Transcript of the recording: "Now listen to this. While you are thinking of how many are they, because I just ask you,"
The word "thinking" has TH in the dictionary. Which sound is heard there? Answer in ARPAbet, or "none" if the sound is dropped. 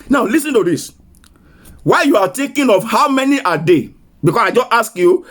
T